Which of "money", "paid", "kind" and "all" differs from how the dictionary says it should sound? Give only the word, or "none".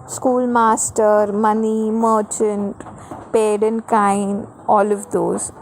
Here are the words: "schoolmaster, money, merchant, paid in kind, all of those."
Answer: kind